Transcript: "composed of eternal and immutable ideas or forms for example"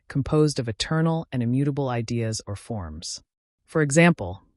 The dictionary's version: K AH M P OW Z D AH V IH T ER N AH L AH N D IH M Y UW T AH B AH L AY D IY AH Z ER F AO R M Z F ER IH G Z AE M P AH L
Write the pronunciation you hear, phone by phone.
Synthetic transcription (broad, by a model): K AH M P OW Z D AH V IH T ER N L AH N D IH M Y UW T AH B L AY D IY AH Z ER F AO R M Z F ER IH G Z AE M P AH L